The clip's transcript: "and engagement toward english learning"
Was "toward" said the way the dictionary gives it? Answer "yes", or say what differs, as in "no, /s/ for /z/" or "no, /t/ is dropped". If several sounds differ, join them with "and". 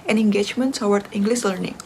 no, /s/ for /t/